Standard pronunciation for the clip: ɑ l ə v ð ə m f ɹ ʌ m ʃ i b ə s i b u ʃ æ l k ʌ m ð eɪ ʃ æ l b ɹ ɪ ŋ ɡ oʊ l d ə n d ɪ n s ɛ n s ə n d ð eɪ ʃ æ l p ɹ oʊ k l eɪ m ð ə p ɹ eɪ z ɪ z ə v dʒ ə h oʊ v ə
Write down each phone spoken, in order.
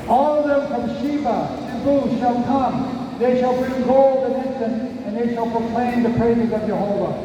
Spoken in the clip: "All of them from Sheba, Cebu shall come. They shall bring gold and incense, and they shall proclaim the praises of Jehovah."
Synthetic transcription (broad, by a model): ɑ l ə v ð ə m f ɹ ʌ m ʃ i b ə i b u ʃ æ l k ʌ m ð eɪ ʃ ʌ l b ɪ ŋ ɡ oʊ l d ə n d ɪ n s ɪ n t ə n ð eɪ ʃ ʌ l p ɹ oʊ k l eɪ m ð ə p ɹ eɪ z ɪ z ə v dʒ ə h oʊ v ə